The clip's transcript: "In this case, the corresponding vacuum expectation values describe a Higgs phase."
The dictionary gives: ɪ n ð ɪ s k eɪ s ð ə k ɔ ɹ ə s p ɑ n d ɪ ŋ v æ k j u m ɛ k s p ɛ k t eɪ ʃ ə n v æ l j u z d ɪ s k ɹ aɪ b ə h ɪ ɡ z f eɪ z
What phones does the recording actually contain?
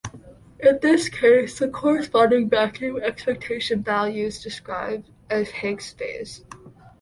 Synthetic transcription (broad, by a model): ɪ n ð ɪ s k eɪ s ð ə k ɔ ɹ ə s p ɑ n d ɪ ŋ b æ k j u ɛ k s p ɛ k t eɪ ʃ ə n v æ l j u z d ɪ s k ɹ aɪ b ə h ɪ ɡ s f eɪ z